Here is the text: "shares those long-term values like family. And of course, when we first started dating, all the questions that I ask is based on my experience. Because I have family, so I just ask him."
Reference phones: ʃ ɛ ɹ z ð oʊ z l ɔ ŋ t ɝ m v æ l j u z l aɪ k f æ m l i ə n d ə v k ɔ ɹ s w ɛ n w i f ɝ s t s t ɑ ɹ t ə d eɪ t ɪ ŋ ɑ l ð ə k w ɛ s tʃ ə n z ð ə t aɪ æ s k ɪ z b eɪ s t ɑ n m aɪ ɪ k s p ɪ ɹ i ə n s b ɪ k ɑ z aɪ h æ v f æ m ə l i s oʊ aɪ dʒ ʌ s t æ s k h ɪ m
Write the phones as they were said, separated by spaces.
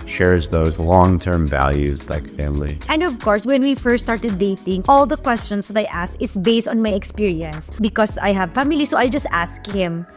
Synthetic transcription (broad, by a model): ʃ ɛ ɹ z ð oʊ z l ɔ ŋ t ɝ m v æ l j u z l aɪ k f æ m l i ə n d ə v k ɔ ɹ s w ɛ n w i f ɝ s s t ɑ ɹ t ə d eɪ t ɪ ŋ ɑ l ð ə k w ɛ s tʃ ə n s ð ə t aɪ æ s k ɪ s b eɪ s t ɑ n m aɪ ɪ k s p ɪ ɹ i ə n s b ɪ k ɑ s aɪ h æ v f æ m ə l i s oʊ aɪ dʒ ʌ s t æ s k h ɪ m